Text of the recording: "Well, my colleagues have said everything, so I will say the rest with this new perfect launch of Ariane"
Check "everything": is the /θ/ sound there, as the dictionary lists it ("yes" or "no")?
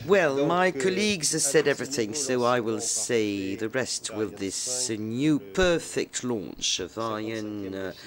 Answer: yes